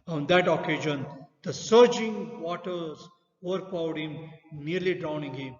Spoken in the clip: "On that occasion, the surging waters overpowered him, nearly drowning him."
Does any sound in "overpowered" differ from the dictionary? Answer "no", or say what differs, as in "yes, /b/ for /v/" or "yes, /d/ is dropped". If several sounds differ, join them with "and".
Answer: yes, /b/ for /p/